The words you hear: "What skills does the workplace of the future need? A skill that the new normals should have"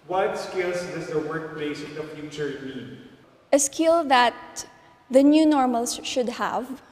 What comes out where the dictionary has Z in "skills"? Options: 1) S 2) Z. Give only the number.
1